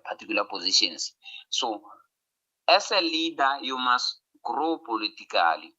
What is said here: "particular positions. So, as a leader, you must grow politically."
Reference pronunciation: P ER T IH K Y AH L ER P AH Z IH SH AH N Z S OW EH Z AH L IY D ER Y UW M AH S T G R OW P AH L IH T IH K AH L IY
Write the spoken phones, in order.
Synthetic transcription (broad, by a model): P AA T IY K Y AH L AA P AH Z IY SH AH N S S OW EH S AH L IY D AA Y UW M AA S G R OW P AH L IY T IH K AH L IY